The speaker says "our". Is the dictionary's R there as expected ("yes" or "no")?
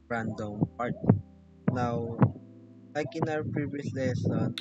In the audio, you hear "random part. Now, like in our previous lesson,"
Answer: no